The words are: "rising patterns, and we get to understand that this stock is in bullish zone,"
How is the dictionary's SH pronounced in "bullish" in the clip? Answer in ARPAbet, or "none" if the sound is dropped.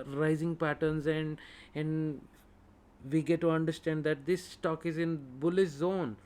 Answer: S